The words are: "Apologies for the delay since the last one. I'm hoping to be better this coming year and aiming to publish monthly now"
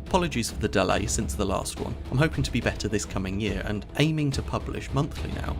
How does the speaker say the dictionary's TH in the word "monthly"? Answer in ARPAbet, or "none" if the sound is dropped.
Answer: TH